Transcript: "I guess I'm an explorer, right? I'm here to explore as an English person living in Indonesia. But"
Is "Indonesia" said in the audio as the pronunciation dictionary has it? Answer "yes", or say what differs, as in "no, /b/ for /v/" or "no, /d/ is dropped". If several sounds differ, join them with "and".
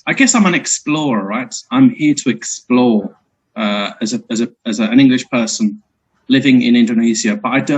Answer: no, /z/ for /ʒ/